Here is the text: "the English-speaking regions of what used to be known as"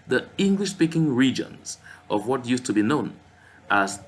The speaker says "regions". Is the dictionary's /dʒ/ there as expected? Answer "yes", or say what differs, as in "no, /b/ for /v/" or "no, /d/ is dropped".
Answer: yes